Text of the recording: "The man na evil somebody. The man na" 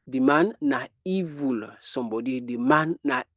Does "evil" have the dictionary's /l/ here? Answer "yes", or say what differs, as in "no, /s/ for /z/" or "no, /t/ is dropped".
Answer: yes